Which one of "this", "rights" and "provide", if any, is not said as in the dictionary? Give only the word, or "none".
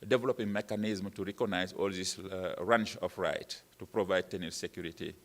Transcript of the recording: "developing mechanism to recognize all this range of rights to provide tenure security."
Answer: rights